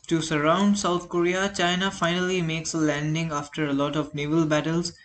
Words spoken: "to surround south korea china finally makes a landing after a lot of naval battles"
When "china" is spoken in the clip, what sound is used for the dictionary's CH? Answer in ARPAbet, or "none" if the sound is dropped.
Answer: CH